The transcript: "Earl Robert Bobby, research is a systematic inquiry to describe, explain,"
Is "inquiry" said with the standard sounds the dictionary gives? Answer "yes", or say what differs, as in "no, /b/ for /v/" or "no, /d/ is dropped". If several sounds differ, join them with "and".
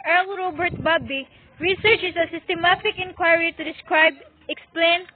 yes